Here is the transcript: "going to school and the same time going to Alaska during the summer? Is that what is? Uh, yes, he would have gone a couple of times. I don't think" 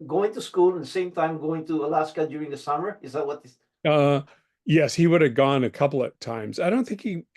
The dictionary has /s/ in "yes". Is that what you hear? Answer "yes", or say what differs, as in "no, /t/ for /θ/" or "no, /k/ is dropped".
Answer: yes